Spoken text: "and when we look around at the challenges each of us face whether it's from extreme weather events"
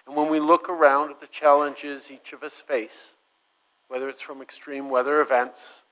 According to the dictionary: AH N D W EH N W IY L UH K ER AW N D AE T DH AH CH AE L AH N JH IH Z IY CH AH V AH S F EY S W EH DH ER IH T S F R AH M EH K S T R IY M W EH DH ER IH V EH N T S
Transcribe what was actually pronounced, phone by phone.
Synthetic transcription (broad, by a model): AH N W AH N W IY L UH K ER AW N D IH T DH AH CH AE L AH N JH IH Z IY CH AH V AH S F EY S W EH DH ER IH T S F R AH M EH K S T R IY M W EH DH ER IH V EH N T S